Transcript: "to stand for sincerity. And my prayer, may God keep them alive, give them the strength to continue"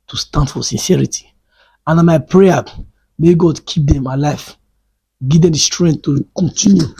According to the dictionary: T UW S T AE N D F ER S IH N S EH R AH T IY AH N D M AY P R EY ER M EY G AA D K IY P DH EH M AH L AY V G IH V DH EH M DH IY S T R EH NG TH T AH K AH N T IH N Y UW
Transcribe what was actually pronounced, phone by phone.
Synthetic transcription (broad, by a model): T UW S T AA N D F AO S IH N S EH R AH T IY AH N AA M AY P R EY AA M EY G AA D K IY P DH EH M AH L AY F G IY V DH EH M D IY S T R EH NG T T AH K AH N T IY N Y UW